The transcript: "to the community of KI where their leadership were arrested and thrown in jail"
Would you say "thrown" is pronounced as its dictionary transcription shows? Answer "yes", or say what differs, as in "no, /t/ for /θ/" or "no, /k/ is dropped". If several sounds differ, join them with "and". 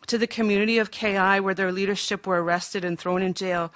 yes